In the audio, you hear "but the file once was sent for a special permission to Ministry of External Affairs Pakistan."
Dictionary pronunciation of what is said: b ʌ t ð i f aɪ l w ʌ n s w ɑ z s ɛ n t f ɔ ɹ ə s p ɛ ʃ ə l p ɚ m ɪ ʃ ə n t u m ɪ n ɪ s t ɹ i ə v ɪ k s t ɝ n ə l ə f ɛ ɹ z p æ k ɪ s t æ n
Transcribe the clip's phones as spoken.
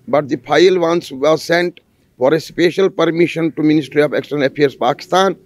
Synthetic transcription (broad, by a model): b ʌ t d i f aɪ l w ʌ n s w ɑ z s ɛ n t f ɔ ɹ ə s p ɛ ʃ ə l p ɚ m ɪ ʃ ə n t u m ɪ n ɪ s t ɹ i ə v ɪ k s t ɝ n ə l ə p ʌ ɹ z p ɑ k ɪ s t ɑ n